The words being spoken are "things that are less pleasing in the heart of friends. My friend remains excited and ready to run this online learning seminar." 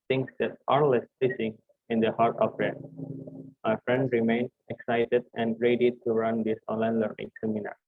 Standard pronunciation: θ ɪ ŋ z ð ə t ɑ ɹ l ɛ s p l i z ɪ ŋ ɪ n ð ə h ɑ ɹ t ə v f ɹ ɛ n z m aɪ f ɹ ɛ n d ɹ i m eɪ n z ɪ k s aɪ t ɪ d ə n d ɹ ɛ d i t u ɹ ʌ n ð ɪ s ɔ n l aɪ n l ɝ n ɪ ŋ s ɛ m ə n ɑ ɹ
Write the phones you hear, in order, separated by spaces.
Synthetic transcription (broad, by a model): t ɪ ŋ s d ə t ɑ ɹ l ɛ s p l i s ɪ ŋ ɪ n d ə h ɑ ɹ t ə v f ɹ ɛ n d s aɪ f ɹ ɛ n d ɹ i m eɪ n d ɪ k s aɪ t ɪ d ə n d ɹ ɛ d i t u ɹ ʌ n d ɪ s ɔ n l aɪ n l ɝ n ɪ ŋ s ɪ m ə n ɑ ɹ